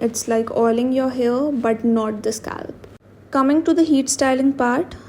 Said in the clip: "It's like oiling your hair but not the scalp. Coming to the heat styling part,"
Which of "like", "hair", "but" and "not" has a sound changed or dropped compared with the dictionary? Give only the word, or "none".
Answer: hair